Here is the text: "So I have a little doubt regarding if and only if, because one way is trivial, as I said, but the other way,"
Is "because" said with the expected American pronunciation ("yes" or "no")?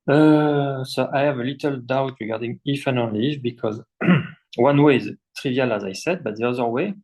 yes